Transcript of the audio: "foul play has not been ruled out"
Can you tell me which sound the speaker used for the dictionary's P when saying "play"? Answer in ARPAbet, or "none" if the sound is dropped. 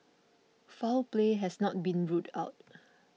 P